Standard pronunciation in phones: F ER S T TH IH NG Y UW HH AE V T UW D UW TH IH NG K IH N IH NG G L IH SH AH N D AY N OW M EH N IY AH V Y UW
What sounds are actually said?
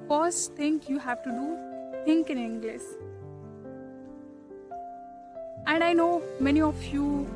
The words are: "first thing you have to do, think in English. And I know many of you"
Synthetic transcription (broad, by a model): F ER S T T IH NG Y UW HH AE V T UW D UW T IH NG K IH N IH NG G L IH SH AH N D AY N OW M EH N IY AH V Y UW